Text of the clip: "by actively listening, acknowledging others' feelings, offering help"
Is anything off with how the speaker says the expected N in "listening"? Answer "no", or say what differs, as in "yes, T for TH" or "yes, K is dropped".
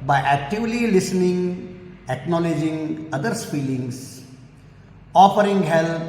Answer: no